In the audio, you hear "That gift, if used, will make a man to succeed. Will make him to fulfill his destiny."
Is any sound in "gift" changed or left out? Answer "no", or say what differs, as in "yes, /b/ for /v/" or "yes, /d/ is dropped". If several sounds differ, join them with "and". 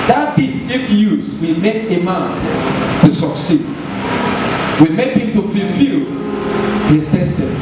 yes, /f/ is dropped